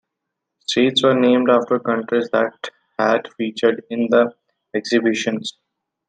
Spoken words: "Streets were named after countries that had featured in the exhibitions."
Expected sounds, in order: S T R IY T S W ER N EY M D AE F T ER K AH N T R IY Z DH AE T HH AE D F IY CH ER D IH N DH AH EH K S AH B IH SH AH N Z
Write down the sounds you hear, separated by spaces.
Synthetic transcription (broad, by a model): S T IY T S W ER N EY M D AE F T ER K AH N T R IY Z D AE T HH AE D F IY CH ER D IH N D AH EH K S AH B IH SH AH N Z